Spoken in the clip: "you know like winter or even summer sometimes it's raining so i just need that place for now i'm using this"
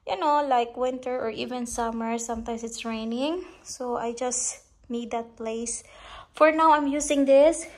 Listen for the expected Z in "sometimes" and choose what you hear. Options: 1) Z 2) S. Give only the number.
2